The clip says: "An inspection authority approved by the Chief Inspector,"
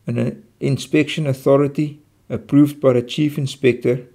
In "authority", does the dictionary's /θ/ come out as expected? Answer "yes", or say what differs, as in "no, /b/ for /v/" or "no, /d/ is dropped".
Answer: yes